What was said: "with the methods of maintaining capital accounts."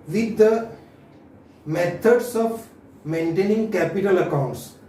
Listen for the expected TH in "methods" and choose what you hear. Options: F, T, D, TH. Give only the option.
T